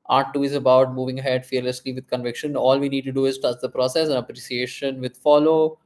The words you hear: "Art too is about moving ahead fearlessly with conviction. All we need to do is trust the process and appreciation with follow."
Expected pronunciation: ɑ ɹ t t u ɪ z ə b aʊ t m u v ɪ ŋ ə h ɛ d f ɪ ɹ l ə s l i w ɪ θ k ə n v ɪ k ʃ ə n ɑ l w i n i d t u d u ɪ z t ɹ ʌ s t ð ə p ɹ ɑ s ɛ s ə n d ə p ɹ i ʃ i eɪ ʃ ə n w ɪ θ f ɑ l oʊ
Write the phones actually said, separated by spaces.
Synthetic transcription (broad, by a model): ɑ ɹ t t u ɪ z ə b aʊ t m u v ɪ ŋ ə h ɛ d f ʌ ɹ l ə s l i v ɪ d k ə n v ɪ k ʃ ə n ɑ l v i n i d t u d u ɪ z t ʌ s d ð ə p ɹ ɑ s ɛ s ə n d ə p ɹ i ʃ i eɪ ʃ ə n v ɪ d f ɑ l oʊ